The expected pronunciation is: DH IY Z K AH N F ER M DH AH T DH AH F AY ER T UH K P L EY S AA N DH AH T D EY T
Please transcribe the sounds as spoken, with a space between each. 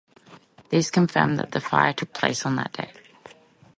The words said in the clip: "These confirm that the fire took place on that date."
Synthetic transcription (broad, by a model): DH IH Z K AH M F ER M DH AH T DH AH F AY ER T UH K P L EY S N DH AH T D EY